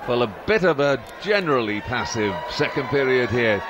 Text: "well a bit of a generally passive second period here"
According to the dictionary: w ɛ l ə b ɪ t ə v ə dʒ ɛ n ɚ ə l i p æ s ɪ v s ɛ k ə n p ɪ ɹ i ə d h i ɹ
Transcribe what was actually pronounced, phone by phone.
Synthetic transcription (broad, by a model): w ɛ l ə b ɪ t ə v ə dʒ ɛ n ɚ ə l i p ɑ s ɪ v s ɛ k ə n p ɪ ɹ i ə d h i ɹ